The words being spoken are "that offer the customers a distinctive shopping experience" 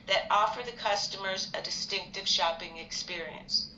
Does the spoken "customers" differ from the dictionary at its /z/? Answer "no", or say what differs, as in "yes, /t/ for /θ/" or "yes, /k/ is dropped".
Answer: no